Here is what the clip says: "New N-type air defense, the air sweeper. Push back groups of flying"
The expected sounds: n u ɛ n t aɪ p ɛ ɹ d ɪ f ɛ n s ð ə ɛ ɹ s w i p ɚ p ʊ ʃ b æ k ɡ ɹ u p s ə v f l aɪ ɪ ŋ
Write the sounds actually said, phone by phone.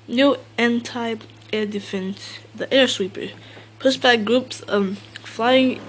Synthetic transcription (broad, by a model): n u ɛ n t aɪ ɛ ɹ d ɪ f ɛ n s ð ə ɛ ɹ s w i p ɚ p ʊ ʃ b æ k ɡ ɹ u p s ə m f l aɪ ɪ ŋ